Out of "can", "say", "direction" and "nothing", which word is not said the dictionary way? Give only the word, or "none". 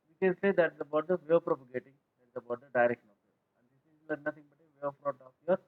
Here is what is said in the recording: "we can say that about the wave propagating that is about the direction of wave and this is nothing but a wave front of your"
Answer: nothing